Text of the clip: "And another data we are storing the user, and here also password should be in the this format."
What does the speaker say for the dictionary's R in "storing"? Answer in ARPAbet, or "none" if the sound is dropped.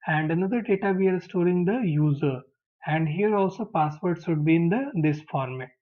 R